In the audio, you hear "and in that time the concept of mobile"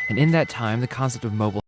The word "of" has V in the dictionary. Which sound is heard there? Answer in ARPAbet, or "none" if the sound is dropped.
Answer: V